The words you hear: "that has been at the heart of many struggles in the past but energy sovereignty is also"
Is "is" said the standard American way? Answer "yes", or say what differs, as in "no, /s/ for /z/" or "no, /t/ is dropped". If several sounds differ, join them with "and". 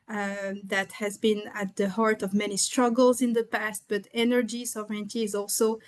yes